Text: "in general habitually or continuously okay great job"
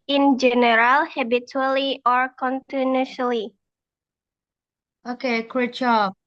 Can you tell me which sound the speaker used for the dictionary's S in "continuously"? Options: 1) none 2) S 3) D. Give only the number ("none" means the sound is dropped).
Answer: 1